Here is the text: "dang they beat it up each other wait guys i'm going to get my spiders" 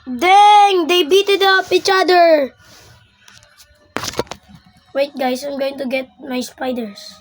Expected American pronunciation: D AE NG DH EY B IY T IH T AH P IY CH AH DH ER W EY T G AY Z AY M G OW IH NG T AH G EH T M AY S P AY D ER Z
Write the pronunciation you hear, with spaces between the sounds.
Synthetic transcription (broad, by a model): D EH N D EY B IY T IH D AH P IY CH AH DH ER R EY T G AY S AY M G OW IH NG T AH G EH T M AY S P AY D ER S